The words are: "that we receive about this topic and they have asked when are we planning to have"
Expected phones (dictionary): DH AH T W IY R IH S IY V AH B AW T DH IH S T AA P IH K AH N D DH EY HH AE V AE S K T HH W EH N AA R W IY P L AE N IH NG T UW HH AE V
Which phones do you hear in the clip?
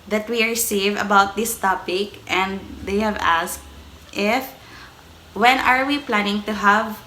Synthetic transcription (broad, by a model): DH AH T W IY R IH S IY V AH B AW T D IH S T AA P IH K AH N D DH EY HH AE V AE S K T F W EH N AA R W IY P L AE N IH NG T UW HH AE V